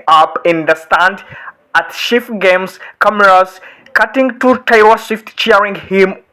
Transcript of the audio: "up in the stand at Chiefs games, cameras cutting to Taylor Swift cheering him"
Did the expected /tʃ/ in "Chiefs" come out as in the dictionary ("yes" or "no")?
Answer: no